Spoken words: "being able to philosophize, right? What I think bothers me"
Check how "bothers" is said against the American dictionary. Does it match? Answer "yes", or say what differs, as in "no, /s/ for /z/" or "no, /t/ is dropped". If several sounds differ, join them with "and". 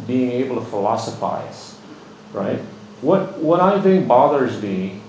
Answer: yes